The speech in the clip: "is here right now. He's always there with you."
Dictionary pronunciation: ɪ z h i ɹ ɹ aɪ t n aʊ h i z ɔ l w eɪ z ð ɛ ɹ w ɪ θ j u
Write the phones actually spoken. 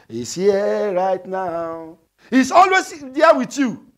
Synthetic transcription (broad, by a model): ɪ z h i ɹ ɹ aɪ t n aʊ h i s ɔ l w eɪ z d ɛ w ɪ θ j u